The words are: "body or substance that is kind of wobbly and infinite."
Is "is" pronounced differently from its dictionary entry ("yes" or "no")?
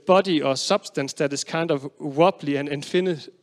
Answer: yes